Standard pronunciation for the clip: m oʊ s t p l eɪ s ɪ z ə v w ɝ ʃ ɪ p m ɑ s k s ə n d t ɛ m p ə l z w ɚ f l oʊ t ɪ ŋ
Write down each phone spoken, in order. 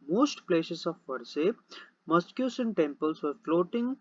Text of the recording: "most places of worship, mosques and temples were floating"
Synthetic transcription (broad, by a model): m oʊ s t p l eɪ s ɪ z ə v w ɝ s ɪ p m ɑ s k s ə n t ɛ m p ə l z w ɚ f l oʊ t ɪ ŋ